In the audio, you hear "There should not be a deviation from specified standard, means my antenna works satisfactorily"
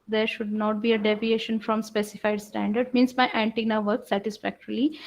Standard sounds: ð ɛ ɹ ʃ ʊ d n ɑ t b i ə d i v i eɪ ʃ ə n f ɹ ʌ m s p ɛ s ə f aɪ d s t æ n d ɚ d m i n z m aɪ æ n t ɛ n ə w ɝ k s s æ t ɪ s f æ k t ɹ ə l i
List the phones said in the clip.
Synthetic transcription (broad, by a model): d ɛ ɹ ʃ ʊ d n ɑ t b i ə d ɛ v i eɪ ʃ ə n f ɹ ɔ m s p ɛ s ə f aɪ d s t æ n d ɚ d m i n s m aɪ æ n t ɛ n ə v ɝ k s s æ t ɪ s f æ k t ɹ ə l i